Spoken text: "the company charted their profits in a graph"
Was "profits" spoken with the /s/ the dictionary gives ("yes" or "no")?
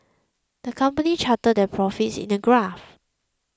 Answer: yes